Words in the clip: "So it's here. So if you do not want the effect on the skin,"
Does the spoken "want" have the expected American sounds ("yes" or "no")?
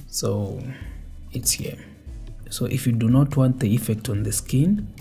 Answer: yes